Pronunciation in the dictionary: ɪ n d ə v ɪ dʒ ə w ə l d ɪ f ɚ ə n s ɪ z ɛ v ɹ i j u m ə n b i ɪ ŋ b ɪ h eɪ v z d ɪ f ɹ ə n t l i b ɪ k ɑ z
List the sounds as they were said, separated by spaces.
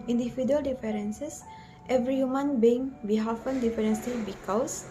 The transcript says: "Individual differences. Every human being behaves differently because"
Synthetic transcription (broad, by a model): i n d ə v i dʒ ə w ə l d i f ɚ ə n s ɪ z ɛ v ɹ i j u m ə n b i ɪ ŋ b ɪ h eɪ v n d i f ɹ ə n s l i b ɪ k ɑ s